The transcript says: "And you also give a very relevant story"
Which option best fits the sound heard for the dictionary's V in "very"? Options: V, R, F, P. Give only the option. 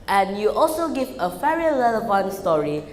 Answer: F